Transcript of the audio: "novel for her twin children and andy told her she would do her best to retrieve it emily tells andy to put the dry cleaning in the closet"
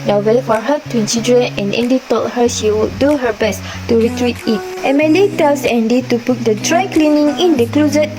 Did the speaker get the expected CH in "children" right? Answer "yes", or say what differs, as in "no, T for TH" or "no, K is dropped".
no, S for CH